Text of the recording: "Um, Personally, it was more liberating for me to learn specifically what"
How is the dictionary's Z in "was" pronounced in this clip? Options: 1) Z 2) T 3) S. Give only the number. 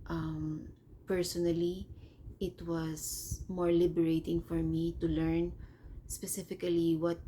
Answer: 3